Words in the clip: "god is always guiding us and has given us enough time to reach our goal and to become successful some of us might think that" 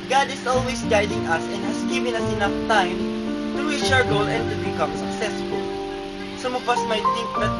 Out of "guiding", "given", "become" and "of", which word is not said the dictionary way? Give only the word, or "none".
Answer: of